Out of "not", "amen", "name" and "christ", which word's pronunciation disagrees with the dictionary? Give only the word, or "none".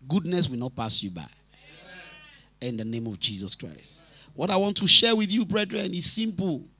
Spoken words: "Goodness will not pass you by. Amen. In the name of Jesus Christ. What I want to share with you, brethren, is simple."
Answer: amen